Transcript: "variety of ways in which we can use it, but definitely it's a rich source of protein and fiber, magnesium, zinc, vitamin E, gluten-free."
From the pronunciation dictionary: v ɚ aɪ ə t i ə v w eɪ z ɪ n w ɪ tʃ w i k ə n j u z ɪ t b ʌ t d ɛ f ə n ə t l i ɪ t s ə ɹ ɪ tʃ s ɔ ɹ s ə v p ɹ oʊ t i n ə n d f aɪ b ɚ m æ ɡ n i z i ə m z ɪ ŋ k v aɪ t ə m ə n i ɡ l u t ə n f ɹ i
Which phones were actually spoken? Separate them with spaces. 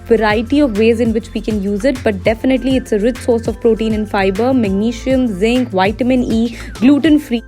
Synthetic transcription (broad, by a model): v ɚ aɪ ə t i ə v eɪ z ɪ n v ɪ tʃ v i k ə n j u z ɪ t b ʌ t d ɛ f ə n ə t l i ɪ t s ə ɹ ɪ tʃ s ɔ ɹ s ə v p ɹ oʊ t i n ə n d f aɪ b ɚ m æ ɡ n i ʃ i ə m z ɪ ŋ k v aɪ t ə m ə n i ɡ l u t ə n f ɹ i